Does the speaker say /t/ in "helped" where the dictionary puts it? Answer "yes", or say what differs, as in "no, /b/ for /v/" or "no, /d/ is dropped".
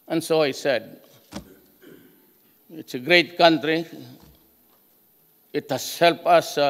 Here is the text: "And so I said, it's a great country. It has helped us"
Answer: no, /t/ is dropped